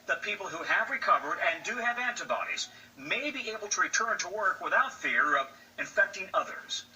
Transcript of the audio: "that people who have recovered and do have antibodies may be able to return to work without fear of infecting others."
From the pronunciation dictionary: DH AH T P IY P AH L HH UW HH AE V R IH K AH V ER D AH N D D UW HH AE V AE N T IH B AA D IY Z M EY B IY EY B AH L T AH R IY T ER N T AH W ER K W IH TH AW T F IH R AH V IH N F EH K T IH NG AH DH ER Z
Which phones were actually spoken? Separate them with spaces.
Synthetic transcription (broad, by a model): DH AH T P IY P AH L HH UW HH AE V R IH K AH V ER D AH N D D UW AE V AE N T IH B AA D IY Z M EY B IY EY B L T AH R IY T ER N T AH W ER K W IH TH AW T F IH R AH V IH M F EH K T IH NG AH DH ER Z